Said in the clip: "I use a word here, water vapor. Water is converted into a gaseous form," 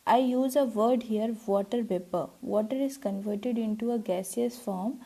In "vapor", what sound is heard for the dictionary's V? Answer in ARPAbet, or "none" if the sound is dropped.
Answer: P